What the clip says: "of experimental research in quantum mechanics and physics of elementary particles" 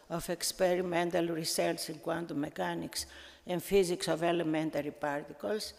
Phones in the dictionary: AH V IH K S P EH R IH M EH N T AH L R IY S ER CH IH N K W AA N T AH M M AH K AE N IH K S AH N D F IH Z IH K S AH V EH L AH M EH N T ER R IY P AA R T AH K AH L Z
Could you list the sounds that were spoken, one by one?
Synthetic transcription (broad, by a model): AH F IH K S P EH R IH M EH N T AH L R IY S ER S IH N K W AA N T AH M M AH K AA N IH K S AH N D F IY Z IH K S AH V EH L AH M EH N T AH R IY P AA R T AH K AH L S